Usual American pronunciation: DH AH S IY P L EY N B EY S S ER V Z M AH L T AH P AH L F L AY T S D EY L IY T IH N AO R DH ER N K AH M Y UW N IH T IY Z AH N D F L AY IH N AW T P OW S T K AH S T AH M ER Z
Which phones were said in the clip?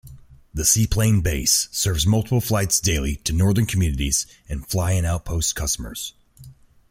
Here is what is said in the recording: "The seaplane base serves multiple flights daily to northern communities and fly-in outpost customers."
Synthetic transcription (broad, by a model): DH AH S IY P L EY N B EY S S ER V Z M AH L T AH P L F L AY T S D EY L IY T IH N AO R DH ER N K M Y UW N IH T IY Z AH N F L AY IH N AW T P OW S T K AH S T AH M ER Z